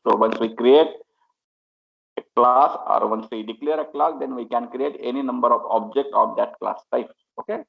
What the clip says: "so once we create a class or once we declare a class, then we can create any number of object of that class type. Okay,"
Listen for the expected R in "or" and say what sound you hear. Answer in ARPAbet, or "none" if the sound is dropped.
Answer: R